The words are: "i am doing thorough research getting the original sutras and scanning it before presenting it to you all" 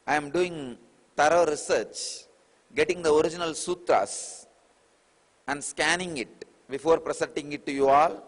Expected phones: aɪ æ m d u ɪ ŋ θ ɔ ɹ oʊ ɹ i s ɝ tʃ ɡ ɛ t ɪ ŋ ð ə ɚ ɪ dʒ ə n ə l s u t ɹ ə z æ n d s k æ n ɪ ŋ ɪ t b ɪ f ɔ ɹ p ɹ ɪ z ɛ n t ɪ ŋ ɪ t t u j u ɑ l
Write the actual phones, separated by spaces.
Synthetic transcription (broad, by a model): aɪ m d u ɪ ŋ t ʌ ɹ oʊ ɹ i s ɝ tʃ ɡ ɛ t ɪ ŋ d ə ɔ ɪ dʒ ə n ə l s u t ɹ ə s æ n d s k æ n ɪ ŋ ɪ t b ɪ f ɔ ɹ p ɹ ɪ s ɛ n t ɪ ŋ ɪ t t u j u ɑ l